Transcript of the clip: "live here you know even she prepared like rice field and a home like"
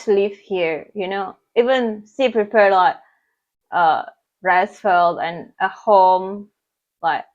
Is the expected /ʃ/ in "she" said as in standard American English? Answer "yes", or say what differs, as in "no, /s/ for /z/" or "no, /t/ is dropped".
no, /s/ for /ʃ/